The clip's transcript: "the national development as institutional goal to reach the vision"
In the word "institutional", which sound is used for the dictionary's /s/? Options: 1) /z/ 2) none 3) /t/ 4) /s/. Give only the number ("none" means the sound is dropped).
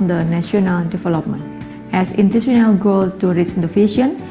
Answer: 2